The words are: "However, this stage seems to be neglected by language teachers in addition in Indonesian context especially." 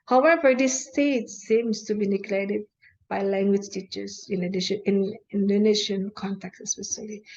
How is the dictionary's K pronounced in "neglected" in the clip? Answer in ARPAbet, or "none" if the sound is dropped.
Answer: none